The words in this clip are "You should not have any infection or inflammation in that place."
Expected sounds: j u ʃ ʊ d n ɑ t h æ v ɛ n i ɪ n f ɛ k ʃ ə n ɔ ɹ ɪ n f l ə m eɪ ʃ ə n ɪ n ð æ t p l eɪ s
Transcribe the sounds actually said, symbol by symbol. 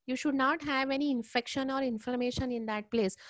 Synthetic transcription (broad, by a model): j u ʃ ʊ d n ɑ t h æ v ɛ n i ɪ n f ɛ k ʃ ə n ɔ ɹ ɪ n f ə m eɪ ʃ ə n ɪ n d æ t p l eɪ s